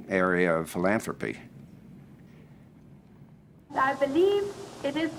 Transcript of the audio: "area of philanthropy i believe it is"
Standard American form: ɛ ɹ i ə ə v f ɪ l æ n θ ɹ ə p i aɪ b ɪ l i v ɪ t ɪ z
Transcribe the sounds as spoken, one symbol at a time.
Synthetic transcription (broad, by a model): ɛ ɹ i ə ə v f ɪ l æ n θ ɹ ə p i aɪ b ɪ l i v ɪ t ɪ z